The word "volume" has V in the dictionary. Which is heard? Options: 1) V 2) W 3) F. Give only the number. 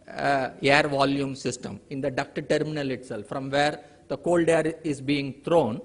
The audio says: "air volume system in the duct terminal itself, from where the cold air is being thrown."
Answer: 1